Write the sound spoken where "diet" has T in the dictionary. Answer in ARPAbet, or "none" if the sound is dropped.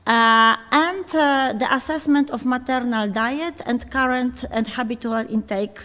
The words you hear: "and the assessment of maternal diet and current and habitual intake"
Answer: T